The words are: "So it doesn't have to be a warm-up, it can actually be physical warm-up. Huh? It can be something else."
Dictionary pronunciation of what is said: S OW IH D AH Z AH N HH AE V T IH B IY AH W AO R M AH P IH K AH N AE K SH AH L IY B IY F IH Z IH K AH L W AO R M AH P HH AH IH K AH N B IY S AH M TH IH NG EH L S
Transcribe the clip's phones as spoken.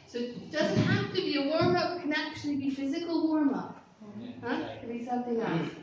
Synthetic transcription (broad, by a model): S OW IH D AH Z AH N HH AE F T IH B IY AH W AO R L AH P K AH N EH K SH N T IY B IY F IH Z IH K L W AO R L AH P HH AH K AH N B IY S AH M TH IH NG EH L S